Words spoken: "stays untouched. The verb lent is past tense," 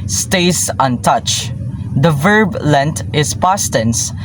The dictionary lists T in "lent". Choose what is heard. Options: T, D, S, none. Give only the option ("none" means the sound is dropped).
T